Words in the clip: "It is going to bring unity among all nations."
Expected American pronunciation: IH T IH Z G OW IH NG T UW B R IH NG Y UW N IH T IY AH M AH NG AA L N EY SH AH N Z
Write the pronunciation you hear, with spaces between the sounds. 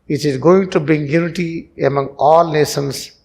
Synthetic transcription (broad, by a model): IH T IH Z G OW IH NG T UW B IH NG Y UW N IH T IY AH M AH NG AA L N EY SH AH N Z